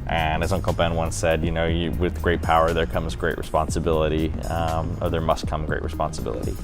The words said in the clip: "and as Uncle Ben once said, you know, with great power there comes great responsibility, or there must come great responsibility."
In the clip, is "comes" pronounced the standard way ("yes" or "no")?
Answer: yes